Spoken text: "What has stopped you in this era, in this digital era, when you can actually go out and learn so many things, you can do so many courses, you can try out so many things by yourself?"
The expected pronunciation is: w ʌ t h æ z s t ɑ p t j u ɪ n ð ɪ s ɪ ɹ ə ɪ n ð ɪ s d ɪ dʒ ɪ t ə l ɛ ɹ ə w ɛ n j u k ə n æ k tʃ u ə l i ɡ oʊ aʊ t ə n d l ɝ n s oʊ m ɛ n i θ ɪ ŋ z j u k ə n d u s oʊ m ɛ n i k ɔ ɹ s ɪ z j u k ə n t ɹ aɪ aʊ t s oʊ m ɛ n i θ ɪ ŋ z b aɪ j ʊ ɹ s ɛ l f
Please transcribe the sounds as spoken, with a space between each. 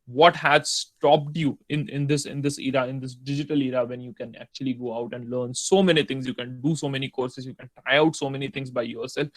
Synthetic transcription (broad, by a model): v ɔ t h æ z s t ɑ p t j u ɪ n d ɪ s ɪ ɹ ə ɪ n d ɪ s d ɪ dʒ ɪ t ə l ɛ ɹ ə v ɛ n j u k ə n æ k tʃ u ə l i ɡ oʊ aʊ t ə n d l ɝ n s oʊ m ɛ n i t ɪ ŋ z j u k ə n d u s oʊ m ɛ n i k ɔ ɹ s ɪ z j u k ə n t aɪ aʊ t s oʊ m ɛ n i t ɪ ŋ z b aɪ j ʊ ɹ s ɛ l f